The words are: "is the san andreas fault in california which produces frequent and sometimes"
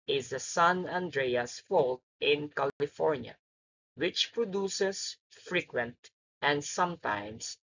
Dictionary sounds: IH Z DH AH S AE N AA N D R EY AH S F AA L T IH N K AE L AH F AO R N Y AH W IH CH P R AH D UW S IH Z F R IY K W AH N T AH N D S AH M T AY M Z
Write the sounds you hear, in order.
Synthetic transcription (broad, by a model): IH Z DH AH S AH N AA N D R EY AH S F AA L T IH N K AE L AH F AO R N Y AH W IH CH P R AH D UW S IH S F R IY K W AH N T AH N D S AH M T AY M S